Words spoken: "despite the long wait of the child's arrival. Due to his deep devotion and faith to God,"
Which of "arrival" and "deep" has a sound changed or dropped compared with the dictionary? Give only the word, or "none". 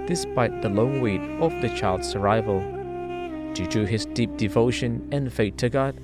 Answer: none